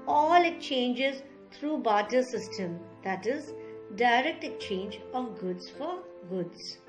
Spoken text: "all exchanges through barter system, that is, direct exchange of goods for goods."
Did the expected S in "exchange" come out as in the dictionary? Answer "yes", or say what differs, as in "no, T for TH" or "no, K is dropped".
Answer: no, S is dropped